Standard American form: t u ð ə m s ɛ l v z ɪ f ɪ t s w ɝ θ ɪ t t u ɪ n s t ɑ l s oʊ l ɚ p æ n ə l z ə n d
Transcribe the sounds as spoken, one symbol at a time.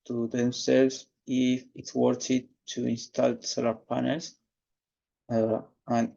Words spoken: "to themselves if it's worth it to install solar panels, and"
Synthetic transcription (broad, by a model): t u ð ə m s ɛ l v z ɪ f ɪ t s w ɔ t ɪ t t u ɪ n s t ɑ l s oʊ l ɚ p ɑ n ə l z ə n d